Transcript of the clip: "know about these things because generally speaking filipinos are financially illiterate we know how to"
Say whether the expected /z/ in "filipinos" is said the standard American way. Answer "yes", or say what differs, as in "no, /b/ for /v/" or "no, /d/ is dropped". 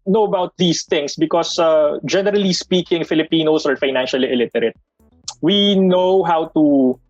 no, /s/ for /z/